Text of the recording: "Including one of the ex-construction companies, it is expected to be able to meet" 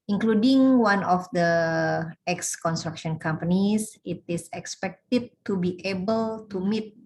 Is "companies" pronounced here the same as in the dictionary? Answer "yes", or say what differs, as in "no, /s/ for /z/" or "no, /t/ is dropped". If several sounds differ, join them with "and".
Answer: no, /s/ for /z/